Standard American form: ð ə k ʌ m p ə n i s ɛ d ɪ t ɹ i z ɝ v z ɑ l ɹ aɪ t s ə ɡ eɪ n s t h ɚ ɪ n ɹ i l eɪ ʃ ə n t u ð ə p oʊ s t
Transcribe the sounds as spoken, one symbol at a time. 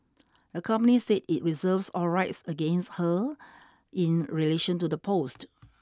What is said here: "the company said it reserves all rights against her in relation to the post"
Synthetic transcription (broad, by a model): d ə k ʌ m p ə n i s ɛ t ɪ t ɹ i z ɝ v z ɑ l ɹ aɪ t s ə ɡ eɪ n s t h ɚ ɪ n ɹ i l eɪ ʃ ə n t u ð ə p oʊ s t